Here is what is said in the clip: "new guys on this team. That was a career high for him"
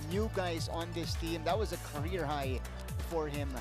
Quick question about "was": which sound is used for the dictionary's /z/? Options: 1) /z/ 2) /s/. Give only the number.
1